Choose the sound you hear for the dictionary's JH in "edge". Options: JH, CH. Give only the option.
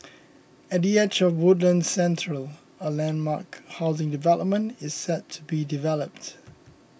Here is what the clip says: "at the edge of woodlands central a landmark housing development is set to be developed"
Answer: CH